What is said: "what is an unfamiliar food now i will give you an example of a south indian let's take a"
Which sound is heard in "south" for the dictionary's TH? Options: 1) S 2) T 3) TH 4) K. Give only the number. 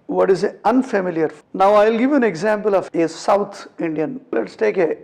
2